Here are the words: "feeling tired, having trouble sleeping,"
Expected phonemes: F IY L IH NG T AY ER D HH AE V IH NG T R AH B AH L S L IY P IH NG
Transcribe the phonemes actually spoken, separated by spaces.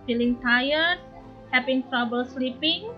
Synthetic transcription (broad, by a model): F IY L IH NG T AY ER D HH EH P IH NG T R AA B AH L S L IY P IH NG